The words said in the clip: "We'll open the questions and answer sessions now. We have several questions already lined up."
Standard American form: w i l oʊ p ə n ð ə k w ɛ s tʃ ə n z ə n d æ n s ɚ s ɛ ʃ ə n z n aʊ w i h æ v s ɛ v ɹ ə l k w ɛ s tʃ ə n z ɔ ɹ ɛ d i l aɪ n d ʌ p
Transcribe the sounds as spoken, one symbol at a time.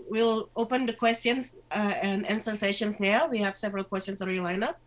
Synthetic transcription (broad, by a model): w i l oʊ p ə n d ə k w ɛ s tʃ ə n s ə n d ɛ n s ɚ s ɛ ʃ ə n s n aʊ w i h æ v s ɛ v ɹ ə l k w ɛ s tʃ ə n s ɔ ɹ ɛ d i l aɪ n ʌ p